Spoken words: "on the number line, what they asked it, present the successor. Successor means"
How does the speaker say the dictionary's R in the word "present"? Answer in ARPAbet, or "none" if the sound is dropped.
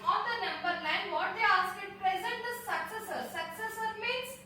R